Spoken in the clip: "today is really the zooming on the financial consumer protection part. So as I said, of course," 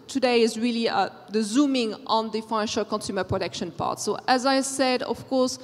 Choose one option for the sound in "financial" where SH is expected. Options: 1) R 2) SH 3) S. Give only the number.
2